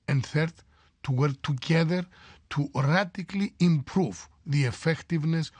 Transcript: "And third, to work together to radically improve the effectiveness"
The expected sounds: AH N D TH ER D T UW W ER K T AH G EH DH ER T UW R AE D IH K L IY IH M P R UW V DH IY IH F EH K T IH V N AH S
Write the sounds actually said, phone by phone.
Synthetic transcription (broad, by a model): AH N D TH ER D T UW W ER K T AH G EH DH ER T UW R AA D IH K L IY IH M P R UW V DH IY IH F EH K T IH V N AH S